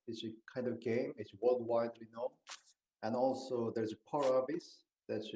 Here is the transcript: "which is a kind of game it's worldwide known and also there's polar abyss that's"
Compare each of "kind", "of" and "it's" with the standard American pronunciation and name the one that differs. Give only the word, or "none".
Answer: none